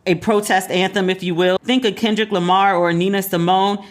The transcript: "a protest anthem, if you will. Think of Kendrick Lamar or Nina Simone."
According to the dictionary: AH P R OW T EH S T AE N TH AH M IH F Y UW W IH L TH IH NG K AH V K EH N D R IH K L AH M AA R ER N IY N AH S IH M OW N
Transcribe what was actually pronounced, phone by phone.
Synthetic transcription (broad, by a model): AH P R OW T EH S T AE N TH AH M IH F Y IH W IH L TH IH NG K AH K EH N D R IH K L AH M AA R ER N IY N AH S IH M OW N